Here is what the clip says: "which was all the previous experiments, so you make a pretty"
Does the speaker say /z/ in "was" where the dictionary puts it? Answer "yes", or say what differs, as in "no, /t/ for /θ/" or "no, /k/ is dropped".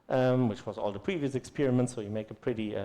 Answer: yes